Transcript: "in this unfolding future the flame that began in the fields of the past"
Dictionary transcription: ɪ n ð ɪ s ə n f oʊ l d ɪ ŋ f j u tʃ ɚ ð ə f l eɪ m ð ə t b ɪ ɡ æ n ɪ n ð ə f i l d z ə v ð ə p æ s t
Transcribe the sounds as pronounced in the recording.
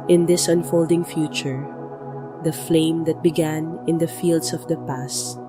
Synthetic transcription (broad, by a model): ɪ n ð ɪ s ə n f oʊ l d ɪ ŋ f j u tʃ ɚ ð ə f l eɪ m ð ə t b ɪ ɡ æ n ɪ n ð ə f i l d s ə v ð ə p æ s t